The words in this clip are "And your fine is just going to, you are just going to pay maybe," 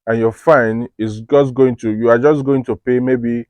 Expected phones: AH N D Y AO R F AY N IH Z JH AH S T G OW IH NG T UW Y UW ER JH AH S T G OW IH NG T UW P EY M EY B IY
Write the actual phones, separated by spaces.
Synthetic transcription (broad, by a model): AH N Y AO F AY N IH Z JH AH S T G OW IH NG T UW Y UW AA JH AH S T G OW IH NG T UW P EY M EY B IY